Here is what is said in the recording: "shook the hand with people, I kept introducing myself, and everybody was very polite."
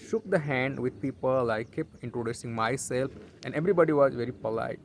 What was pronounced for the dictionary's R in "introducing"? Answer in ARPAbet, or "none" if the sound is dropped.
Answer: R